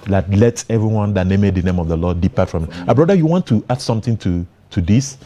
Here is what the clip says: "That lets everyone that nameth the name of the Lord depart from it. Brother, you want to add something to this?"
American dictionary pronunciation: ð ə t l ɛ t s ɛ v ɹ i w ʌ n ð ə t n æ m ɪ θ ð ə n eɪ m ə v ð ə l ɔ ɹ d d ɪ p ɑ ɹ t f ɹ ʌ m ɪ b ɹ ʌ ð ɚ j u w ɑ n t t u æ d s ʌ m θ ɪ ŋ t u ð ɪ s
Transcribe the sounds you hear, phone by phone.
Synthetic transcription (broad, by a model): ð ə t l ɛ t ɛ v ɹ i w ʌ n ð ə t n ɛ m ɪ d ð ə n eɪ m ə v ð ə l ɔ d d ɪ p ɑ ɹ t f ɹ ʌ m ɪ b ɹ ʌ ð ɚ j u w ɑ n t t u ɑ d s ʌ m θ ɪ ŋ t u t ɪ s